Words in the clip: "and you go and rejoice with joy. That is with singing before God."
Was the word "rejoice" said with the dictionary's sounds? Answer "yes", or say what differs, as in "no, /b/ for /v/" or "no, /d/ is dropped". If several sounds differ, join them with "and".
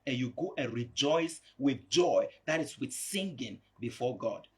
yes